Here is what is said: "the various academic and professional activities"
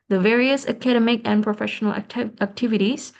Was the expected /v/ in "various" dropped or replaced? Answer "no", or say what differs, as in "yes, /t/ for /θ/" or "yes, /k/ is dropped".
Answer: no